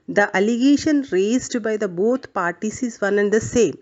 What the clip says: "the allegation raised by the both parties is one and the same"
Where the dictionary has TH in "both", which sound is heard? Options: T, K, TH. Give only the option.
T